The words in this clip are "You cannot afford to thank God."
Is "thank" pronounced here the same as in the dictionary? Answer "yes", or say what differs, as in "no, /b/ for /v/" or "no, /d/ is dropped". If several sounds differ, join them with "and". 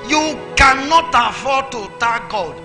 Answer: no, /t/ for /θ/